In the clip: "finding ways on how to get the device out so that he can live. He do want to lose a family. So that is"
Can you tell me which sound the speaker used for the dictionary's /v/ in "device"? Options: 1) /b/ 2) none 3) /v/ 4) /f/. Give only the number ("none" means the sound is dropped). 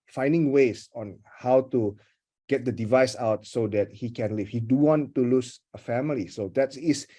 3